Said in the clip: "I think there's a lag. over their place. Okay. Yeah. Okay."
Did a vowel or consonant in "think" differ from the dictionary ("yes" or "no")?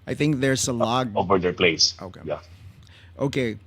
no